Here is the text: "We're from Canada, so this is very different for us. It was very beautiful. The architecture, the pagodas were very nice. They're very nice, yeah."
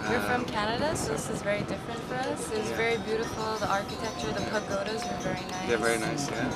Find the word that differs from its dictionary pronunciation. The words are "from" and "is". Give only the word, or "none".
none